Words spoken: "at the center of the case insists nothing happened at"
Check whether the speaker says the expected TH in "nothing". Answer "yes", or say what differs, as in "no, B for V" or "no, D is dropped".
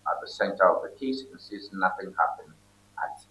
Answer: yes